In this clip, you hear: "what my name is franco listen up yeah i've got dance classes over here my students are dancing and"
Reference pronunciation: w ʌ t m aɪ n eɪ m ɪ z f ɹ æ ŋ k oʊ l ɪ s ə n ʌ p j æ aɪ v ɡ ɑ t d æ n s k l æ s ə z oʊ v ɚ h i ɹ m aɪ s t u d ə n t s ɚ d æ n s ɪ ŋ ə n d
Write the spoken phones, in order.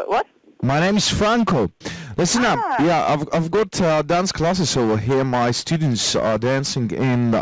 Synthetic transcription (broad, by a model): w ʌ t m aɪ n eɪ m ɪ z f ɹ æ ŋ k oʊ l ɪ s ə n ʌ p j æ aɪ v ɡ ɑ t d æ n s k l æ s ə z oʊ w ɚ h i ɹ m aɪ s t u d n t s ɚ d æ n s ɪ ŋ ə n